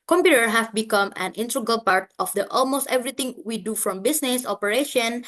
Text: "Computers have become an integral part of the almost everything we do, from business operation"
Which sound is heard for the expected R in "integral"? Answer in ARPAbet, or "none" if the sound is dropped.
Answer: none